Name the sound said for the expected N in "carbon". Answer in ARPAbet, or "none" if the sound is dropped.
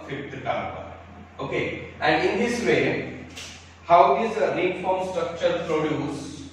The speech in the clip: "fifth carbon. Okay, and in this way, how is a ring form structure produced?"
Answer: none